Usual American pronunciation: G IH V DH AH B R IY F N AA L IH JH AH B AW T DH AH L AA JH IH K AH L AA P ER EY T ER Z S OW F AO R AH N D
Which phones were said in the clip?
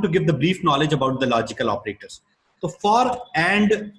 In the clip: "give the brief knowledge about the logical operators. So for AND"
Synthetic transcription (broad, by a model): G IH V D AH B R IY F N AA L IH JH AH B AW T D AH L AA JH IH K AH L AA P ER EY T ER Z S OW F AO R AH N D